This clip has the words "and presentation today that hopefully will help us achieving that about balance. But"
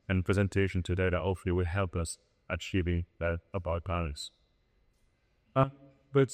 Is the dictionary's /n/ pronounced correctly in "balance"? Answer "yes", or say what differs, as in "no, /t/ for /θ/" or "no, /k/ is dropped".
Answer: no, /n/ is dropped